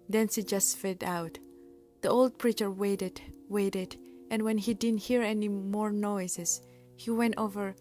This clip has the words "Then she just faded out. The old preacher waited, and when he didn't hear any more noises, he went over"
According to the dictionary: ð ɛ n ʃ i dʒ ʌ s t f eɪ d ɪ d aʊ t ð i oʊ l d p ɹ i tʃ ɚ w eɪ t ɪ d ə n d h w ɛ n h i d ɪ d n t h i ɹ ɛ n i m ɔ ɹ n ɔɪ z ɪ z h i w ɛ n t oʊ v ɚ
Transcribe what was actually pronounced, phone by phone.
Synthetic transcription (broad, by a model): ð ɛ n s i dʒ ʌ s t f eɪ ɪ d aʊ t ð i oʊ l d p ɹ i tʃ ɚ w eɪ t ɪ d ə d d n w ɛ n h i d ɪ d n t h i ɹ ɛ n i m ɔ ɹ n ɔɪ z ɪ s h i w ɛ n t oʊ v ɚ